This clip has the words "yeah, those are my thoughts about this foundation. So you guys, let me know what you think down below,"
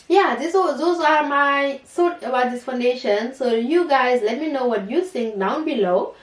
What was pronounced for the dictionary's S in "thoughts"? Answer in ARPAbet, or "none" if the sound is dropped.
none